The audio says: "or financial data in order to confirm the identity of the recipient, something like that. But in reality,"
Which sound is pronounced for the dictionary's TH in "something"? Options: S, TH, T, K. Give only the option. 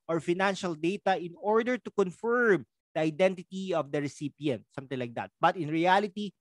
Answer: T